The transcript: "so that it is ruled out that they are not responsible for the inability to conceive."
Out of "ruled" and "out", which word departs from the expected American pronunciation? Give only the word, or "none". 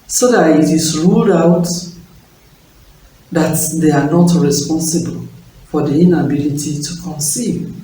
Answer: none